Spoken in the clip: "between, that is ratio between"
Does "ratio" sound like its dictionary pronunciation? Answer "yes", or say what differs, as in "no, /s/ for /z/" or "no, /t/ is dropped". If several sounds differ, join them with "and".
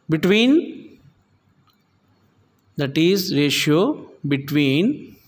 yes